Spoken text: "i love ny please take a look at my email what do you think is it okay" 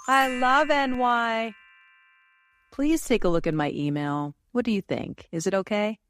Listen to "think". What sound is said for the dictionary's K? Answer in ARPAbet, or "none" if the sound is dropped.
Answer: K